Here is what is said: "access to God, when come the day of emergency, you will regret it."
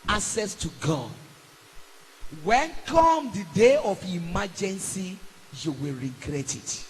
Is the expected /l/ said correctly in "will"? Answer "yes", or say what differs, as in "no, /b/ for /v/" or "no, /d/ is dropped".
yes